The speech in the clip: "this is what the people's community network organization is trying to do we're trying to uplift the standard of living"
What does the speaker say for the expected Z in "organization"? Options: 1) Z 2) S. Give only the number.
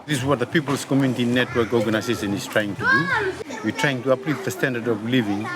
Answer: 2